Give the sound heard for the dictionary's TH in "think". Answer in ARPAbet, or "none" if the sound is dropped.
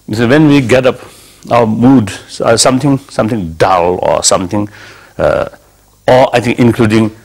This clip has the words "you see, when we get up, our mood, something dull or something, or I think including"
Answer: T